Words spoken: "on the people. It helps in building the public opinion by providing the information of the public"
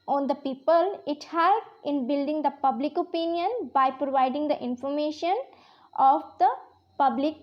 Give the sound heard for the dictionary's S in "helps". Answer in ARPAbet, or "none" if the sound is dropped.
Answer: none